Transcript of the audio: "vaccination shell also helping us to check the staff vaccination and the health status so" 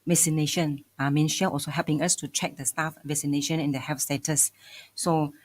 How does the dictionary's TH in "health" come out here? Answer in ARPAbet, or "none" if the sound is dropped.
F